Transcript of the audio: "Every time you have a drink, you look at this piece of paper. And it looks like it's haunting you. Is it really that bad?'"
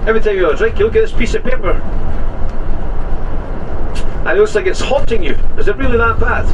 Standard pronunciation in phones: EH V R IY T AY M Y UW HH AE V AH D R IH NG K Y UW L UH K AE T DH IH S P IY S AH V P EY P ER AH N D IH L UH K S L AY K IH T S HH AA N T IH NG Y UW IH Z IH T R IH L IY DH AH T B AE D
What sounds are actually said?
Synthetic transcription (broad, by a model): EH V R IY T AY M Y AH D R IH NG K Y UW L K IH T DH IH S P IY S AH V P EY P ER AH IH N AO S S L AY K IH T S HH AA T IH NG Y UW IH Z IH T R IH L IY DH AH T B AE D